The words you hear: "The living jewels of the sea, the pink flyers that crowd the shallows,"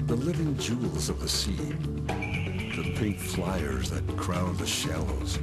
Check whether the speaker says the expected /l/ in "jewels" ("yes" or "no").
yes